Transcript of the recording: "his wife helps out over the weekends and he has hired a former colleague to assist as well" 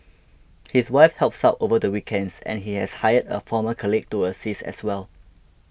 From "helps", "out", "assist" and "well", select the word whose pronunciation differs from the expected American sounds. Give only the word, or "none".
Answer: assist